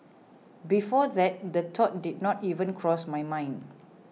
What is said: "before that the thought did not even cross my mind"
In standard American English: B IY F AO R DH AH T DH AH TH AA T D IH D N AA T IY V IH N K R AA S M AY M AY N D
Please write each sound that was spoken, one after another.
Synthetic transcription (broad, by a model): B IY F AO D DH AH T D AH T AA T D IH D N AA T IY V IH N K R AA S M AY M AY N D